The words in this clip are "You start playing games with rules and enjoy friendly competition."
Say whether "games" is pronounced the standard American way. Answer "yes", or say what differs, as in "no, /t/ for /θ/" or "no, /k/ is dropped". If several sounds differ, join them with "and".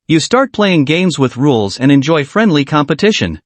yes